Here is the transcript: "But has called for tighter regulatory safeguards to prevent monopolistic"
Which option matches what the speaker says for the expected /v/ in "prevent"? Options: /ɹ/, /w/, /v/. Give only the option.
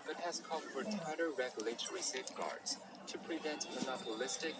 /v/